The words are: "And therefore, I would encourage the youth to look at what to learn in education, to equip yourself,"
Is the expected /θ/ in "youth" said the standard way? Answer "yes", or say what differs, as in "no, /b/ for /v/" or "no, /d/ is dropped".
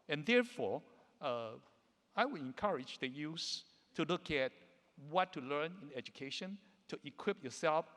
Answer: no, /s/ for /θ/